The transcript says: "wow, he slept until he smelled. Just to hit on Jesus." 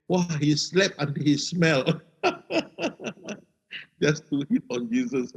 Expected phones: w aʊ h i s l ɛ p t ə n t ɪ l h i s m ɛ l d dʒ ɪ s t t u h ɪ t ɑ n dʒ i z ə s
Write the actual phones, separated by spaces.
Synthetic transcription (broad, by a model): w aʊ h i s l ɛ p ə n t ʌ h i s m ɛ l dʒ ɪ s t t u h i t ɑ n dʒ i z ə s